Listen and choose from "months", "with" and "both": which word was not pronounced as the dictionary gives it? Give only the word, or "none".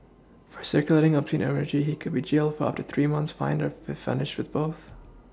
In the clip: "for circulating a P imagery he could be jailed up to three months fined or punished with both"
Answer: none